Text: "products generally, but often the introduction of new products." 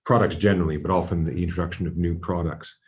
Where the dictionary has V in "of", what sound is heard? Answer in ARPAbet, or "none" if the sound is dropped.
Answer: V